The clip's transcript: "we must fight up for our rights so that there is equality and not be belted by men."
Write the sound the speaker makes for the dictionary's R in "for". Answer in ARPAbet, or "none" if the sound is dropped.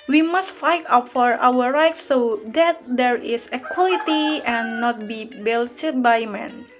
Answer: R